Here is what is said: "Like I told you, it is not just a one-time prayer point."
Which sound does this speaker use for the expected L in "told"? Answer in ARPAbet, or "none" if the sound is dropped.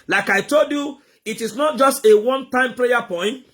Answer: L